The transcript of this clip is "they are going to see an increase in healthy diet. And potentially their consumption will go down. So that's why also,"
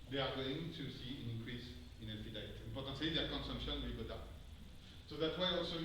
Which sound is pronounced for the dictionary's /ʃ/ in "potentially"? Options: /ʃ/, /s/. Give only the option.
/s/